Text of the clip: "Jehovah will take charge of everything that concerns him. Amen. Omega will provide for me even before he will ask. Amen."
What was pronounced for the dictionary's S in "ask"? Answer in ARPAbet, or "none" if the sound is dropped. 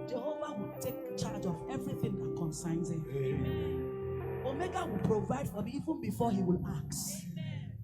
none